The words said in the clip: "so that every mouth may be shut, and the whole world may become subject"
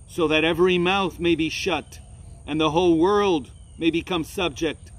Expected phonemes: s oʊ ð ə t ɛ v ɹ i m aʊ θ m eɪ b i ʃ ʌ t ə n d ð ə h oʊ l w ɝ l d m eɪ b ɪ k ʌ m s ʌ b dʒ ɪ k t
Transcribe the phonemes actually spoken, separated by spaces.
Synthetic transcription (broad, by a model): s oʊ ð ə t ɛ v ɹ i m aʊ θ m eɪ b i ʃ ʌ t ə n ð ə h oʊ l w ɝ l d m eɪ b ɪ k ʌ m s ʌ b dʒ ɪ k t